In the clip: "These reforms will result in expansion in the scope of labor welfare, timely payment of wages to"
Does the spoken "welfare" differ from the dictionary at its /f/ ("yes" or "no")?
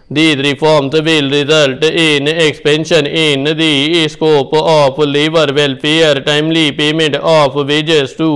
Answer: yes